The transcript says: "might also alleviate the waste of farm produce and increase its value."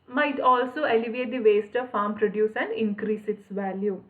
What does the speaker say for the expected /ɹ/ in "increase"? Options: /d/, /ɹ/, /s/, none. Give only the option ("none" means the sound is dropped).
/ɹ/